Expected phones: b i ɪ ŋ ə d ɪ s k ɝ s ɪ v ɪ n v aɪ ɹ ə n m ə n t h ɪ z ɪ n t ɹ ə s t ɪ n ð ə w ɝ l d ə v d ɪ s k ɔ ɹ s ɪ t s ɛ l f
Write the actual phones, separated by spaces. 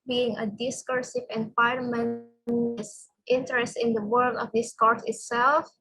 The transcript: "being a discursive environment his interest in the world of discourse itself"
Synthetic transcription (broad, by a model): b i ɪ ŋ ə d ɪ s k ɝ s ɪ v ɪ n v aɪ ə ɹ m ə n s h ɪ ɪ n t ɹ ə s t ɪ n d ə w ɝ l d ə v d ɪ s k ɔ ɹ s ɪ t s ɛ l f